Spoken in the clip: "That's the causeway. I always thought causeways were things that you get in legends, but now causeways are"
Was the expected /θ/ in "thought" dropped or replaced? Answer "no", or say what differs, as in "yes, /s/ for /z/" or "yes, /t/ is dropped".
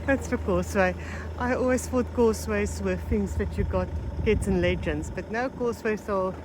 yes, /f/ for /θ/